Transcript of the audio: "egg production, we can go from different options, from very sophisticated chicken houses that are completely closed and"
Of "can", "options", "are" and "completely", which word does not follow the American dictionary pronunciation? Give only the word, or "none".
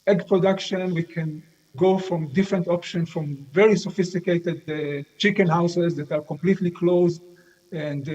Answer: options